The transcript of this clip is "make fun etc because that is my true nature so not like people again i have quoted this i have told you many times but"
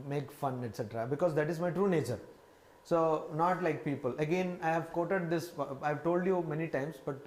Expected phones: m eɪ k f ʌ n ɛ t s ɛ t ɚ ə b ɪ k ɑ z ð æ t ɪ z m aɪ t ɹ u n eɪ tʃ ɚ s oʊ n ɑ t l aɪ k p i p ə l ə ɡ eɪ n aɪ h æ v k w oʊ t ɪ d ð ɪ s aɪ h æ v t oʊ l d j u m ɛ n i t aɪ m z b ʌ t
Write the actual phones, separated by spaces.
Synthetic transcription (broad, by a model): m eɪ k f ʌ n ɛ t s ɛ t ɚ ə b ɪ k ɑ z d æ t ɪ z m aɪ t ɹ u n eɪ tʃ ɚ s oʊ n ɑ t l aɪ k p i p ə l ə ɡ eɪ n aɪ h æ v k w oʊ t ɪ d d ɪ s aɪ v t oʊ l d j u m ɛ n i t aɪ m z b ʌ t